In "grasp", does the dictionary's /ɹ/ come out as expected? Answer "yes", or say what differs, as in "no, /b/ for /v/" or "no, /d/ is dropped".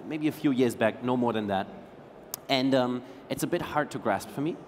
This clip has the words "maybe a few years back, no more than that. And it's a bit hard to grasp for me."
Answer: yes